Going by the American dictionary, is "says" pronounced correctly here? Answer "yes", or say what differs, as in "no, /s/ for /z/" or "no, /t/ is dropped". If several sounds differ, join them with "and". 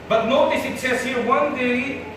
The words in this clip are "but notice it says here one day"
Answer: no, /s/ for /z/